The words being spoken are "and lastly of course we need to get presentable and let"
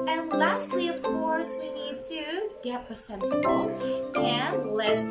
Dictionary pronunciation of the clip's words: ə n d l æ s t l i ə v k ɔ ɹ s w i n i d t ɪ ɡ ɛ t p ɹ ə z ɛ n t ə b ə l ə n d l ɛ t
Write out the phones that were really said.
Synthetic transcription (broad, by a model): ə n l æ s t l i ə v k ɔ ɹ s w i n i d t ɪ ɡ ɛ t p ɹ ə s ɛ n s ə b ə l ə n l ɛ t